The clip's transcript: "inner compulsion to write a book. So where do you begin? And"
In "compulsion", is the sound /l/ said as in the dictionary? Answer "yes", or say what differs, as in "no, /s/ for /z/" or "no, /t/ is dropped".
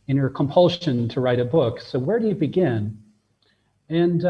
yes